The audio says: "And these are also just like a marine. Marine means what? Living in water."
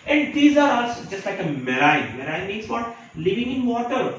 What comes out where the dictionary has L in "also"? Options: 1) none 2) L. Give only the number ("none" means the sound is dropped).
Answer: 1